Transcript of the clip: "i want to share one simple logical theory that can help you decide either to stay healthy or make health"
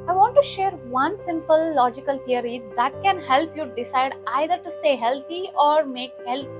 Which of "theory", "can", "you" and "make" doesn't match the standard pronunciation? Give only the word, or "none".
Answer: theory